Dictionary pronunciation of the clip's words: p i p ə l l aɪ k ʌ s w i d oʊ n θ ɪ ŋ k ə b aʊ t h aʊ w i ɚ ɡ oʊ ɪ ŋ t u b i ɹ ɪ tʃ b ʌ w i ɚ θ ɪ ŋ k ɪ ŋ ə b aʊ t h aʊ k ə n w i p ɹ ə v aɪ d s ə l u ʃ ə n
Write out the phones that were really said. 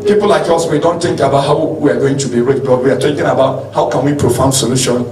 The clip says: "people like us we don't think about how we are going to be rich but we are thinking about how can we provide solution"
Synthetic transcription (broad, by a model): p i p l l aɪ k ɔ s w i d oʊ n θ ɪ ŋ k ə b aʊ t h aʊ w i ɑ ɡ oʊ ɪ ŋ t u b i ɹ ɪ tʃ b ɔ w i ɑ t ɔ k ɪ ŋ ə b aʊ t h aʊ k ə n w i p ɹ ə f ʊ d s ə l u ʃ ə n